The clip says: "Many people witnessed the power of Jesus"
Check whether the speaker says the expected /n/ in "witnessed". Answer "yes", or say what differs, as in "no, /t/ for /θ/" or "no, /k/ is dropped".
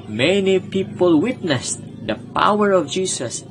yes